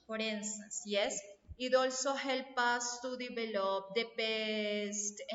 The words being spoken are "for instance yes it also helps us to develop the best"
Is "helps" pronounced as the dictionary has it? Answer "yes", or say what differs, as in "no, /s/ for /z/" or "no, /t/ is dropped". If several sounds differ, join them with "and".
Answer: no, /s/ is dropped